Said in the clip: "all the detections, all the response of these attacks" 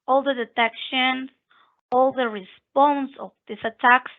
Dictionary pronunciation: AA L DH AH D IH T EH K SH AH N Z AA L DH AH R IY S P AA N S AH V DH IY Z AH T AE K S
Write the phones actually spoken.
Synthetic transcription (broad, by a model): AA L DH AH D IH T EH K SH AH N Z AA L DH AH R IY S P AA N S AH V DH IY S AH T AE K S